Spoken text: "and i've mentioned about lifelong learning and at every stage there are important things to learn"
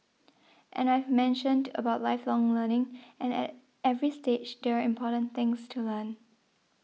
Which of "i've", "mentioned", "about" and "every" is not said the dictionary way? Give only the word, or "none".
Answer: none